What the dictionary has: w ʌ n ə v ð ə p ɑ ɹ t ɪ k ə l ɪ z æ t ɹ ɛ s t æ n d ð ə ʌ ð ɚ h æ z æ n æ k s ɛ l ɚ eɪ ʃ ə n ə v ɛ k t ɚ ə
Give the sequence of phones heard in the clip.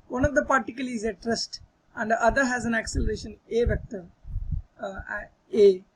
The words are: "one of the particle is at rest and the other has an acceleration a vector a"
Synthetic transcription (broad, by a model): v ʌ n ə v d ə p ɑ ɹ t ɪ k ə l ɪ z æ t ɹ ɛ s t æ n d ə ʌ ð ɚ h æ z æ n æ k s ɛ l ɚ eɪ ʃ ə n ə v ɛ k t ɚ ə